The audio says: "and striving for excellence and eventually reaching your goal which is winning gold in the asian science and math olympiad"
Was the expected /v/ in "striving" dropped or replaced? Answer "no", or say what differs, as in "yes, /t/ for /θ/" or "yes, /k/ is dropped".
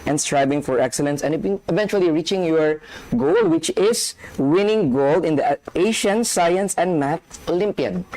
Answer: yes, /b/ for /v/